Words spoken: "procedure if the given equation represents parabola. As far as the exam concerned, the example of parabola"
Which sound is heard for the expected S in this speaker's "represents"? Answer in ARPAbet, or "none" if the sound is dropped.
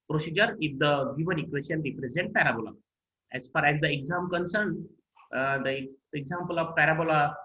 none